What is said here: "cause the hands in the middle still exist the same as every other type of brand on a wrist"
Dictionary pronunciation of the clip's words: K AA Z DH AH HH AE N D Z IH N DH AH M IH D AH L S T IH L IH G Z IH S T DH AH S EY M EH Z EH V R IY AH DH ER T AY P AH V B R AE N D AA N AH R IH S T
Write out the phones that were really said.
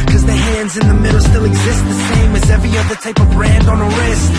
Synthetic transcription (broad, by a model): K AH Z DH AH HH AE N D Z IH N DH AH M IH D L S T IH L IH G Z IH S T DH AH S EY M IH Z EH V R IY AH DH ER T AY P AH V B R AE N D N AH R IH S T